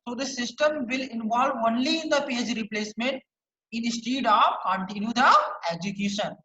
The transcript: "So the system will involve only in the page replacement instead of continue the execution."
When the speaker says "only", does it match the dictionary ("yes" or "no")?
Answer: yes